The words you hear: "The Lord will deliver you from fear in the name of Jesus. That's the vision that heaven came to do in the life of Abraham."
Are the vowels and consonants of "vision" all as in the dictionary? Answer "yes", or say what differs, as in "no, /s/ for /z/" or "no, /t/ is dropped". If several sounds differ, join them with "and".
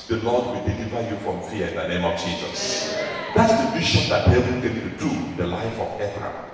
no, /ʃ/ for /ʒ/